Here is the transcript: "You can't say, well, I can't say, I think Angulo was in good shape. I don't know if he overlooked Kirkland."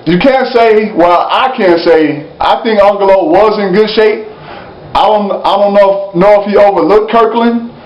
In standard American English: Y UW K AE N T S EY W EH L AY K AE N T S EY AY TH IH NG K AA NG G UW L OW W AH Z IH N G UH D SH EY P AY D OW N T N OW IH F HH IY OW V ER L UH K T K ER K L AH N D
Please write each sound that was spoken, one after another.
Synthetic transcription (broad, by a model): Y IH K AE N T S EY W EH L AY K AE N T S EY AY TH IH NG K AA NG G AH L OW W AH Z IH N G UH D SH EY P AY D OW N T N OW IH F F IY OW V ER L UH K K ER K L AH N